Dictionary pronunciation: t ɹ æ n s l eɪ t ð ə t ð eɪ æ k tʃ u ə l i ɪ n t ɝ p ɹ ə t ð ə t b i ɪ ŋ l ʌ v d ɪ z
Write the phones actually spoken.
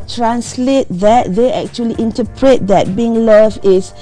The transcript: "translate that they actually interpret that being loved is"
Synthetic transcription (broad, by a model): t ɹ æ n s l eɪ t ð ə t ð eɪ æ k tʃ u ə l i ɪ n t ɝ p ɹ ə t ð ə t b i ɪ ŋ l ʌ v ɪ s